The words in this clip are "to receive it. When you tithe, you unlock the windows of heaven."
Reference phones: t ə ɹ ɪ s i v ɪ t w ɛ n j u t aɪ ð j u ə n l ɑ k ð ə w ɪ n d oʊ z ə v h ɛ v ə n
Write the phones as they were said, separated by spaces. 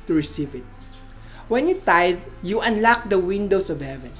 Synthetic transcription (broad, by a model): t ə ɹ ɪ s i v ɪ t w ɛ n j u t aɪ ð j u ə n l ɑ k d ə w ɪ n d oʊ s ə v h ɛ v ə n